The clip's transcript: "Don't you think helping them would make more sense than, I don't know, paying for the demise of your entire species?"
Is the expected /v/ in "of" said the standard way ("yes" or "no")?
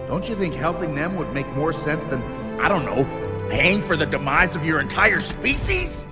yes